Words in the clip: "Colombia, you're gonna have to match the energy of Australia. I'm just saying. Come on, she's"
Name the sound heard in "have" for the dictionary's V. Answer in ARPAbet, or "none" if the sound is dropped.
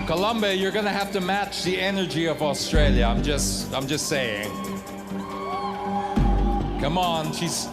F